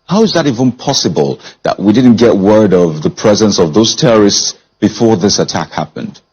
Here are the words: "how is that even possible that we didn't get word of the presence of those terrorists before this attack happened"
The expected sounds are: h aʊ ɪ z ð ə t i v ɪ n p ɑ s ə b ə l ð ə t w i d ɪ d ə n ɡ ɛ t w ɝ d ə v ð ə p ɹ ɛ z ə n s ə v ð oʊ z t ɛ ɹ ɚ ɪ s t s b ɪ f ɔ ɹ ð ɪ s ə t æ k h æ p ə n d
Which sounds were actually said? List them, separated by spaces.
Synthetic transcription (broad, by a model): h aʊ ɪ z ð ə t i v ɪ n p ɑ s ə b ə l ð ə t w i d ɪ d n ɡ ɛ t w ɝ d ə v ð ə p ɹ ɛ z ə n s ə v ð oʊ z t ɛ ɹ ɚ ɪ s t s b ɪ f ɔ ɹ ð ɪ s ə t æ k h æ p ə n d